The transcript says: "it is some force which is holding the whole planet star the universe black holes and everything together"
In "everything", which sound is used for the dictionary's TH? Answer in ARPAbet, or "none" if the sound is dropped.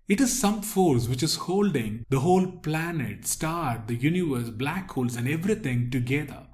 T